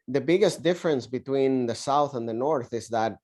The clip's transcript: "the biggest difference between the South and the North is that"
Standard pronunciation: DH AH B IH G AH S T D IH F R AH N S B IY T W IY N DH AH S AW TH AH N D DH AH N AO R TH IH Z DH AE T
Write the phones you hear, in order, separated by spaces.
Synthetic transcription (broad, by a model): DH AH B IH G AH S T D IH F R AH N S B IY T W IY N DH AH S AW TH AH N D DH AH N AO R TH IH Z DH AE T